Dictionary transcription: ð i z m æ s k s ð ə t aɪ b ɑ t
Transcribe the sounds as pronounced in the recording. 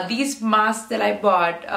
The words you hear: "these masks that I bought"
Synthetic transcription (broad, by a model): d i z m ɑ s s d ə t aɪ b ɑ t